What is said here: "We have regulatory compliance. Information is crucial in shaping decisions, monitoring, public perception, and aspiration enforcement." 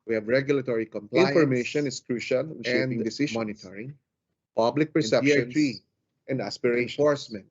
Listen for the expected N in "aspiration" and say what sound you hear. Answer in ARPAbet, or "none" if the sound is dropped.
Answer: none